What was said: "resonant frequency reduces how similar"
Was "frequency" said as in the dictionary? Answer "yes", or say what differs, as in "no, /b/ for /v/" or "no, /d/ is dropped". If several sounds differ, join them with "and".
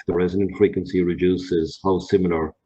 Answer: yes